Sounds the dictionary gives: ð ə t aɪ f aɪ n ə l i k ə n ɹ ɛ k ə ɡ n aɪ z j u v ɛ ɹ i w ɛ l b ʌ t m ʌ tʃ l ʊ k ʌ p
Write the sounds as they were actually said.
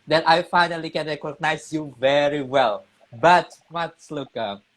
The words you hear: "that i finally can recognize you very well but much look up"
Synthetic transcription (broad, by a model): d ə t aɪ f aɪ n ə l i k ə n ɹ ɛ k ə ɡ n aɪ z j u v ɛ ɹ i w ɛ l b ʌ t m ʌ s l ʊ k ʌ